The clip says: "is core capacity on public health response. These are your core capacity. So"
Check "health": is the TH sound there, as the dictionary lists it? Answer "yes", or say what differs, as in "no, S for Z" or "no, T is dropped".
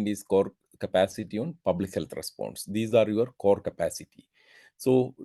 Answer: no, T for TH